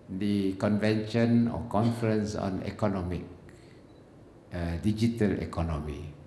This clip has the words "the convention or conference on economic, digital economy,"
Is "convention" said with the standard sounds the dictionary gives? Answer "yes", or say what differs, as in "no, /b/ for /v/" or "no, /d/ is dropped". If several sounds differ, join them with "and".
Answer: yes